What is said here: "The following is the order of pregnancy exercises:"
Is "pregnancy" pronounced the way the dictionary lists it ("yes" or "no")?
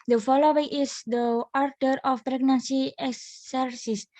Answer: yes